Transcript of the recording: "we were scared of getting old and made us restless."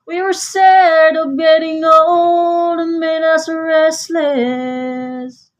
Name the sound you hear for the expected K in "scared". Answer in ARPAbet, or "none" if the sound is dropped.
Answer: none